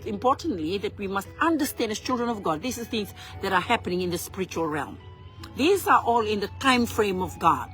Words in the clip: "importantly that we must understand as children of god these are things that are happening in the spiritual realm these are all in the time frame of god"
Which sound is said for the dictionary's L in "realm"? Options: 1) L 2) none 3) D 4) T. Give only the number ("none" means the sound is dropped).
1